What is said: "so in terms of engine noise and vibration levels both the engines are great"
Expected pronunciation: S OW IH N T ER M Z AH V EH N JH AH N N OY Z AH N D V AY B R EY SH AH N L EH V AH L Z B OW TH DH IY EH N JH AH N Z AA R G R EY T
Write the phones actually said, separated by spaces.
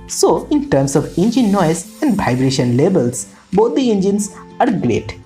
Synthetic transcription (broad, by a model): S OW IH N T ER M S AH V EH N JH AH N N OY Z AH N D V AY B R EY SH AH N L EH B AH L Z B OW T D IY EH N JH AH N S AA R G R EY T